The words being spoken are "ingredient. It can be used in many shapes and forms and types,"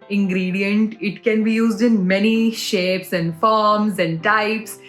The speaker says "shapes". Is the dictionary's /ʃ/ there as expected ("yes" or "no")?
yes